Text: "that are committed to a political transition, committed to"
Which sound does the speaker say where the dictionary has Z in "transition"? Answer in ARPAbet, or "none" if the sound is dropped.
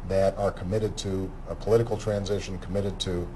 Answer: Z